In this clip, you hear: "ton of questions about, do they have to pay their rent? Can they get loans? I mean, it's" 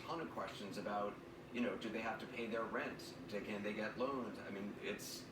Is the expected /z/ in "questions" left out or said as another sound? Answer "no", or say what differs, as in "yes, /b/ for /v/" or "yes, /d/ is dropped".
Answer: no